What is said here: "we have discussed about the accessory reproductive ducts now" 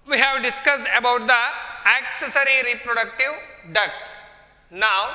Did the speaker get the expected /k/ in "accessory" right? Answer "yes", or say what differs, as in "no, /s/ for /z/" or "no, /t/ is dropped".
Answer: yes